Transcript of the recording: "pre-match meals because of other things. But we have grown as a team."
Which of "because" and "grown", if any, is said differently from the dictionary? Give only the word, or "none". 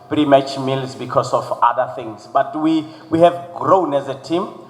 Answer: because